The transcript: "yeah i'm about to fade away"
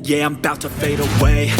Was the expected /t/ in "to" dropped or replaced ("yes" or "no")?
no